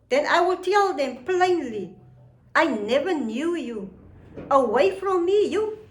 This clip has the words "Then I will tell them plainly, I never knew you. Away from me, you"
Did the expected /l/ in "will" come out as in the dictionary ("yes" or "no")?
yes